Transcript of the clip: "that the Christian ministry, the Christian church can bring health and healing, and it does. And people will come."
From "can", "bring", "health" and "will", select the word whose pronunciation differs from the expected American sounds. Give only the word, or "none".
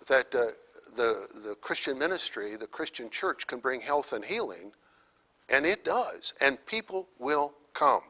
none